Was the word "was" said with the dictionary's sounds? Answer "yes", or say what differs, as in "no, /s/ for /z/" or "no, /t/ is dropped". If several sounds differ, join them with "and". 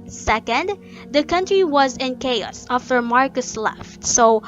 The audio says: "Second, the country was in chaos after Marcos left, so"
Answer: yes